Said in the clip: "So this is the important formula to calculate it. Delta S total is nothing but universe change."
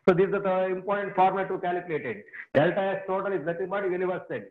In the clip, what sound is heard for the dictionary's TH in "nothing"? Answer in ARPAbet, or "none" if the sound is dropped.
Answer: T